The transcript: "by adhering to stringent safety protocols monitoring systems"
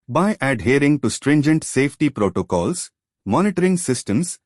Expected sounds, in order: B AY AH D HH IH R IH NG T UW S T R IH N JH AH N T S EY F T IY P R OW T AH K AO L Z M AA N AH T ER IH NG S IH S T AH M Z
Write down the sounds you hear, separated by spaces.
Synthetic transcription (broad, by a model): B AY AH D HH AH R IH NG T UW S T R IH N JH AH N T S EY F T IY P R OW T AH K AO L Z M AA N AH T ER IH NG S IH S T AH M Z